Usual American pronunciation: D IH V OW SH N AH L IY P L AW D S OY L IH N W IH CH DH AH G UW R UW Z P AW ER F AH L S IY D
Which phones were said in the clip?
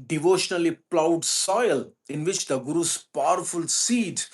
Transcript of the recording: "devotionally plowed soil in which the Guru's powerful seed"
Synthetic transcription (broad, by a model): D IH V OW SH N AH L IY P L AW D S OY L IH N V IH CH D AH G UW R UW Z P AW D F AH L S IY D